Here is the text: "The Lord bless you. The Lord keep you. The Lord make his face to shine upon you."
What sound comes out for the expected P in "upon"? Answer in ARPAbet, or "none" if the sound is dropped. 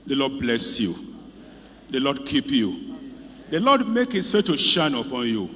P